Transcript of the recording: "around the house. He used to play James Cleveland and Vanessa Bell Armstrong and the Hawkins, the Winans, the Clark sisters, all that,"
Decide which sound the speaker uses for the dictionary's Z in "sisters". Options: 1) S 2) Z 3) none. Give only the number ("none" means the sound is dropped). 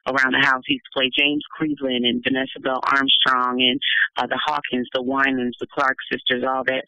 2